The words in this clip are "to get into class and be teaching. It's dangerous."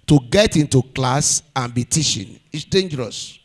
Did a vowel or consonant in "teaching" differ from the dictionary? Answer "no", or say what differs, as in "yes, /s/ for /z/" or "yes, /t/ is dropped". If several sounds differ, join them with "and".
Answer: yes, /ʃ/ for /tʃ/